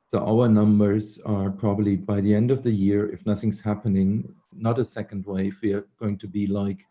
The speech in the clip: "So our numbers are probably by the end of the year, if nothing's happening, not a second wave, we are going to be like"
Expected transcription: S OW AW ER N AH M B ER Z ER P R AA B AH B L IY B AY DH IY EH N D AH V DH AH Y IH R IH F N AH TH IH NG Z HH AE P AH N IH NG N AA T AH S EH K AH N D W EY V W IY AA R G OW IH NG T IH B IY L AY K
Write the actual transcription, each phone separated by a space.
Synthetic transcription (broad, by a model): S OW AW ER N AH M B ER Z ER P R AA B AH B L IY B AY DH IY EH N D AH V DH AH Y IH R IH F N AH TH IH NG Z HH AE P AH N IH NG N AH T AH S EH K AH N D W EY F W IY R G OW IH NG T IH B IY L AY K